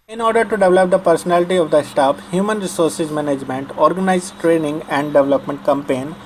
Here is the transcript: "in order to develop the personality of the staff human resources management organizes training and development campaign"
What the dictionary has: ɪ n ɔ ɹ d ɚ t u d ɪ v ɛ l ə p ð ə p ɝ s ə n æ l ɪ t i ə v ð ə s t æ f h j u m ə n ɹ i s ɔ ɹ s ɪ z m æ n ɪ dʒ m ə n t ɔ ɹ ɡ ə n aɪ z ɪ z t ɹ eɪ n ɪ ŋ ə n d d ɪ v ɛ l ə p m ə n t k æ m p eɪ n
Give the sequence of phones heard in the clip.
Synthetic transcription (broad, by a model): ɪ n ɔ ɹ d ɚ t u d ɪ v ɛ l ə p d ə p ɝ s ə n æ l ɪ t i ə v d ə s t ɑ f h j u m ə n ɹ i s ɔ ɹ s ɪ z m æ n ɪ dʒ m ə n t ɔ ɹ ɡ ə n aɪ ɪ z t ɹ eɪ n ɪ ŋ ə n d d ɪ v ɛ l ə p m ə n t k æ m p eɪ n